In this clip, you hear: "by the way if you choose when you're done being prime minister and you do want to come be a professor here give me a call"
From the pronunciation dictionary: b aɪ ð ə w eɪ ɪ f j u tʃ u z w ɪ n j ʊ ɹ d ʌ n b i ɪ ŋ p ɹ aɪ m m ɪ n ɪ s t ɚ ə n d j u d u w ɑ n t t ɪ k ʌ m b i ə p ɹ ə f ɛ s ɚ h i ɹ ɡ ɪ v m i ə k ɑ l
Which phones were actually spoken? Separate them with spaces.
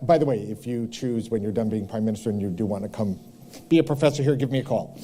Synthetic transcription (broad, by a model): b aɪ ð ə w eɪ ɪ f j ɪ tʃ u z w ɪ n j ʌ ɹ d ʌ n b i ɪ ŋ p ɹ aɪ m m ɪ n ɪ s t ɚ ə n j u d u w ɑ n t t ɪ k ʌ m b i ə p ɹ ə f ɛ s ɚ h i ɹ ɡ ɪ v m i ə k ɑ l